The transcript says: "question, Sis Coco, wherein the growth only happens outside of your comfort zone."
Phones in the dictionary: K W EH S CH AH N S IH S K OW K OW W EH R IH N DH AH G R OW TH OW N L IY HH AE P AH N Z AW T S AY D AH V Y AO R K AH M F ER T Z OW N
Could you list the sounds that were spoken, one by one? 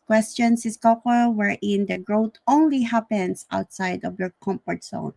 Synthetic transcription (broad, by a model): K W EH S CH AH N S IH S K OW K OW W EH R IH N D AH G R OW T OW N L IY HH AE P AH N S AW T S AY D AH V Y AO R K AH M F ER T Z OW N